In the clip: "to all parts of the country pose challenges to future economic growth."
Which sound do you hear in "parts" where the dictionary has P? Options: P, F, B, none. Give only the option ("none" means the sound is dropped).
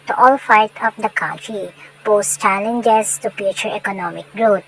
F